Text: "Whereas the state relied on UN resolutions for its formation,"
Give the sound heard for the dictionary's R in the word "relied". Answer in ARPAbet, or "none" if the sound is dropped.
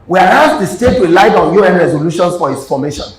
W